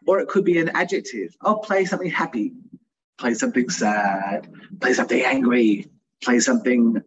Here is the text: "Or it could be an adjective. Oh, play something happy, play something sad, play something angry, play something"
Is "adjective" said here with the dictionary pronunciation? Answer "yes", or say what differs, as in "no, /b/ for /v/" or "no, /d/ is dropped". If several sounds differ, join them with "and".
yes